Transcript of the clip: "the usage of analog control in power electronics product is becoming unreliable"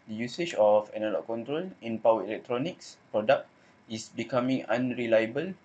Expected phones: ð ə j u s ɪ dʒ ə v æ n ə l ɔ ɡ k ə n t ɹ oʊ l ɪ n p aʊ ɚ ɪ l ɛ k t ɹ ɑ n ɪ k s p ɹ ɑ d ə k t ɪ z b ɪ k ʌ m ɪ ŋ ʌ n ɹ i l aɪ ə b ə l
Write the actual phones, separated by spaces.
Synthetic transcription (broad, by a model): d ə j u s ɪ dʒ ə f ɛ n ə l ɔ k k ə n t ɹ oʊ l ɪ n p aʊ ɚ ɪ l ɛ k t ɹ ɑ n ɪ k s p ɹ ɑ d ə k t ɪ s b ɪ k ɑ m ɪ ŋ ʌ n ɹ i l aɪ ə b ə l